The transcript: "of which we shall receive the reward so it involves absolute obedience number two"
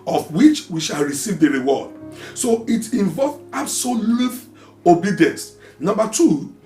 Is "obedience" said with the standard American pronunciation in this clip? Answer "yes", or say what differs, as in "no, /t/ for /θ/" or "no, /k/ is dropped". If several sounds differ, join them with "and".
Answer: yes